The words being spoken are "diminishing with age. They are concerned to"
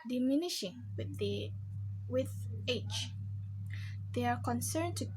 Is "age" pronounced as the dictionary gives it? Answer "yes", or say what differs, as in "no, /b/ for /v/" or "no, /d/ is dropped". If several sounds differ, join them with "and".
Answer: no, /tʃ/ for /dʒ/